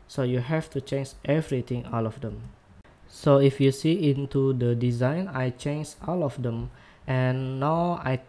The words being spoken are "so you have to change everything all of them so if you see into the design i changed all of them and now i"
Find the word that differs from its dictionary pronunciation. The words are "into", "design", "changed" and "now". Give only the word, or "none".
changed